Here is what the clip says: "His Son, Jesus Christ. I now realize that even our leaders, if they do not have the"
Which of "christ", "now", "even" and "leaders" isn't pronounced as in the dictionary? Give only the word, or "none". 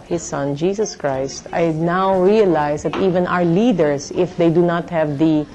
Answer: leaders